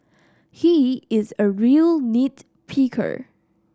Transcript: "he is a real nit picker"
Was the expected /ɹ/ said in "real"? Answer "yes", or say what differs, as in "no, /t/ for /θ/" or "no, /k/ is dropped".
yes